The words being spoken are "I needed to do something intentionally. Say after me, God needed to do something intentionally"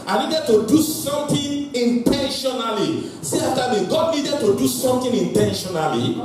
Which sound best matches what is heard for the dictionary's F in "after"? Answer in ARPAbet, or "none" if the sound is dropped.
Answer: none